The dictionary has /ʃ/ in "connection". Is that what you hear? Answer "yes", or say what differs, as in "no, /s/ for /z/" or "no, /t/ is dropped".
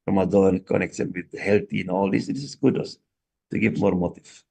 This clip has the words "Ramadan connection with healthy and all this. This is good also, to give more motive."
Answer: no, /s/ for /ʃ/